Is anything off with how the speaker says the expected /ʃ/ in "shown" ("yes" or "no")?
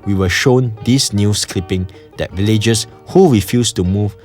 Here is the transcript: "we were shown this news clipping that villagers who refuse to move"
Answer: no